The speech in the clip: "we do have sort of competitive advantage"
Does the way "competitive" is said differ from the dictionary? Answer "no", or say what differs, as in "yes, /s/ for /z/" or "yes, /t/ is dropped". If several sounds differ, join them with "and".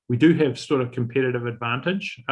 no